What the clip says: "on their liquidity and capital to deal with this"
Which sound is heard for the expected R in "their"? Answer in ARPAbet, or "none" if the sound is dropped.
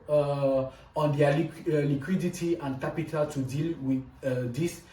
L